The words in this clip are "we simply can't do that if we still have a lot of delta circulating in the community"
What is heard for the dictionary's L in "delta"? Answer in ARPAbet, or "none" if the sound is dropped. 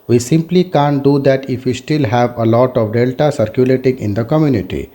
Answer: L